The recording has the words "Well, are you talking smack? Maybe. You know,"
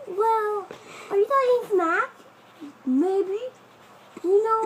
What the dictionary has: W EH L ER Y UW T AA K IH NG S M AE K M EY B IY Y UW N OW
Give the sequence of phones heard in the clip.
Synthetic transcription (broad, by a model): W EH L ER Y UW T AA IH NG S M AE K M EY B IY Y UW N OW